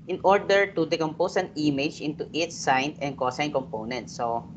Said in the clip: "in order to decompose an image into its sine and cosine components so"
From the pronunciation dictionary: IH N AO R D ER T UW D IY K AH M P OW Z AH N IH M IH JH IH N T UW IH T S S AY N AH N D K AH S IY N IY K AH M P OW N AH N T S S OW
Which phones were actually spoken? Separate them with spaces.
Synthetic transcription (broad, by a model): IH N AO R D ER T UW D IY K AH M P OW S AH N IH M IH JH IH N T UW IH T S S AY N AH N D K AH S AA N K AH M P OW N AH N T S S OW